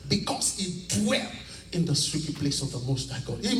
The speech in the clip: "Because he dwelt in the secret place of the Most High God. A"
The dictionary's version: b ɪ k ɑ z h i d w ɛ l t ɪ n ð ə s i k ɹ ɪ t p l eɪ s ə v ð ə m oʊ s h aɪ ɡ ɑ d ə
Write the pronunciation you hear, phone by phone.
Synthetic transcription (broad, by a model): b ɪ k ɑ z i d w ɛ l ɪ n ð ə s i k ɪ p l eɪ s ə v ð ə m oʊ s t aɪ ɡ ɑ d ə